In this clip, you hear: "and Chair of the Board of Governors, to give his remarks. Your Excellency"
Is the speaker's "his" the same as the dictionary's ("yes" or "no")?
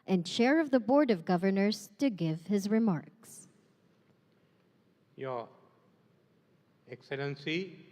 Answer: yes